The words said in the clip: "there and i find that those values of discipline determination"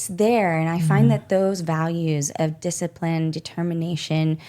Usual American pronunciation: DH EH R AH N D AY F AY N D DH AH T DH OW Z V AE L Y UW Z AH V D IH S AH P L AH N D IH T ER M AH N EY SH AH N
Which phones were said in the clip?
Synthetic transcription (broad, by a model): DH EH R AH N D AY F AY N DH AH T DH OW Z V AE L Y UW Z AH V D IH S AH P L AH N D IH T ER M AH N EY SH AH N